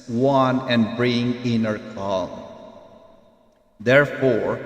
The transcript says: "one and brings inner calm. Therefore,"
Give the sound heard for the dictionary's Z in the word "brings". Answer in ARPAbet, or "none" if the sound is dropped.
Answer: none